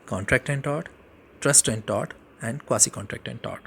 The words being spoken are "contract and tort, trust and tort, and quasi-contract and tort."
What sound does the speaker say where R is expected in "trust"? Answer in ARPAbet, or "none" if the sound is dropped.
R